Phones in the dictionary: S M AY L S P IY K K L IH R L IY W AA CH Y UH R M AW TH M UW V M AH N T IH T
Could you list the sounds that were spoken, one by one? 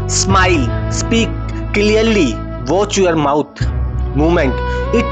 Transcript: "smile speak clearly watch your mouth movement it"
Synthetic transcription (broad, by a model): S M AY L S P IY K K L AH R L IY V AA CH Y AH R M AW T M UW M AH N T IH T